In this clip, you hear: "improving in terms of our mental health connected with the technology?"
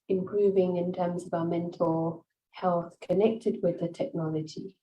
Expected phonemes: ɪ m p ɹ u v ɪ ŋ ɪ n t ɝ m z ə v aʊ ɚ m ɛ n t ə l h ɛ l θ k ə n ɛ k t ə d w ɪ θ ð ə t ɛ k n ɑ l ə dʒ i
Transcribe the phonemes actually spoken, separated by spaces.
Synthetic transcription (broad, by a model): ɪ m p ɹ u v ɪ ŋ ɪ n t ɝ m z ə v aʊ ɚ m ɛ n t ə l h ɛ l θ k ə n ɛ k t ə d w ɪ ð ə t ɛ k n ɑ l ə dʒ i